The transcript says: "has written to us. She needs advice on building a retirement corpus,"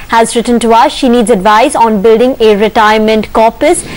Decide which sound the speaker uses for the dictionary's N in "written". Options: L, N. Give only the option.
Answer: N